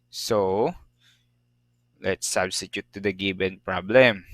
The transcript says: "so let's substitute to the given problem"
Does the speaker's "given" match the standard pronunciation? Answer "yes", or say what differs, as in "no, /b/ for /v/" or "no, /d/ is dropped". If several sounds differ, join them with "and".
no, /b/ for /v/